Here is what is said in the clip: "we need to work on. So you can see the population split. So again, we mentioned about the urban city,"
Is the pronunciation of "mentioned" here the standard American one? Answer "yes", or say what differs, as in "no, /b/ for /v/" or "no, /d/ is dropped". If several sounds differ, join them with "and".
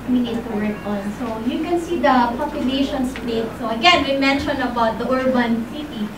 no, /d/ is dropped